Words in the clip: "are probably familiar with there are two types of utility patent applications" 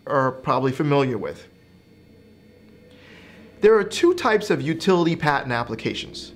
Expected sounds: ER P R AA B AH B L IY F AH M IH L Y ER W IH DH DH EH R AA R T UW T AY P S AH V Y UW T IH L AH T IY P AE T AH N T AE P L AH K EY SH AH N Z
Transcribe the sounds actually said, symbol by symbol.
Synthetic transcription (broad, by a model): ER P R AA B AH B L IY F AH M IH L Y ER W IH DH DH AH R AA R T UW T AY P S AH V Y UW T IH L AH T IY P AE T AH N AE P L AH K EY SH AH N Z